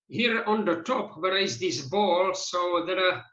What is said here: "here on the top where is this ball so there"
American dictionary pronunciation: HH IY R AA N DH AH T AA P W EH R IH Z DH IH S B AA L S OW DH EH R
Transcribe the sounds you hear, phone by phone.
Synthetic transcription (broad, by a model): HH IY R AA N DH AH T AA P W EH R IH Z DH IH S B AA L S OW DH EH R